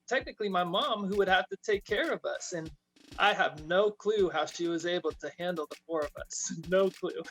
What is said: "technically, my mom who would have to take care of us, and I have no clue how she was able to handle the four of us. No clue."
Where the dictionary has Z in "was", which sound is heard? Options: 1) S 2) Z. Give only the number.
2